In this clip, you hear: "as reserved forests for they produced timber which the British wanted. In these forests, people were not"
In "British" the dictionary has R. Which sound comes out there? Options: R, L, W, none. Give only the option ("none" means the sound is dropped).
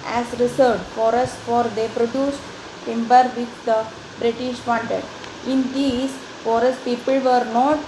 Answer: R